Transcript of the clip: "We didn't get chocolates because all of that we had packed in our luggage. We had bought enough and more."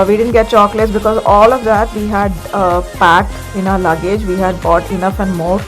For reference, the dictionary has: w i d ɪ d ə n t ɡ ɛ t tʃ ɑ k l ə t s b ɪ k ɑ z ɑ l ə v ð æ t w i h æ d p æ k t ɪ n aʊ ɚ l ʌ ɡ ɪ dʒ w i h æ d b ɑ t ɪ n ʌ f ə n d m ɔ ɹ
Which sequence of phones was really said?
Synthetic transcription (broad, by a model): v i d ɪ d ə n t ɡ ɛ t tʃ ɑ k l ə t s b ɪ k ɑ z ɑ l ə v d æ t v i h æ d p æ k t ɪ n aʊ ɚ l ʌ ɡ ɪ dʒ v i h æ d b ɑ t ɪ n ʌ f ə n d m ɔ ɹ